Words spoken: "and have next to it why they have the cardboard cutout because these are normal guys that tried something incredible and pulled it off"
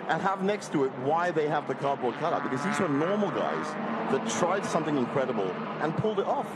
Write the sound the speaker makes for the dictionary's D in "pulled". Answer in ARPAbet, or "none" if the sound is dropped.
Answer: D